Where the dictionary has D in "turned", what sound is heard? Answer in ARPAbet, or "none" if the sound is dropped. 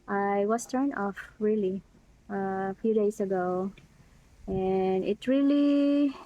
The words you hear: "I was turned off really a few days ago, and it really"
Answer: none